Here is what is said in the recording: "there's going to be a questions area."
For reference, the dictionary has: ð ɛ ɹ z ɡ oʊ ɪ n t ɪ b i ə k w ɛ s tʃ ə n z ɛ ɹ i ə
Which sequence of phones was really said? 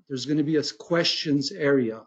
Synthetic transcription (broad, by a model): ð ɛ ɹ z ɡ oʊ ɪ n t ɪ b i ə k w ɛ s tʃ ə n z ɛ ɹ i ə